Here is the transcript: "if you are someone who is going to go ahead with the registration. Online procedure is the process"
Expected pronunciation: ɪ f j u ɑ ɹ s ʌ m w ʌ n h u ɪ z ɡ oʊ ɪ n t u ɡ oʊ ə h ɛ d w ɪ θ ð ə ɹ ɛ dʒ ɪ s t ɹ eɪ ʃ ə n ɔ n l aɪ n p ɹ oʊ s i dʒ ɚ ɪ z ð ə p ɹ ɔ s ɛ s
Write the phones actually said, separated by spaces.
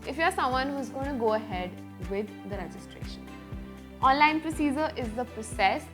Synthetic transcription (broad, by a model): ɪ f j u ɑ ɹ s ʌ m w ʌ n h u ɪ z ɡ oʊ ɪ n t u ɡ oʊ ə h ɛ d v ɪ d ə ɹ ɛ dʒ ɪ s t ɹ eɪ ʃ ə n ɔ n l aɪ n p ɹ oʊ s i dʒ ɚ ɪ z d ə p ɹ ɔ s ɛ s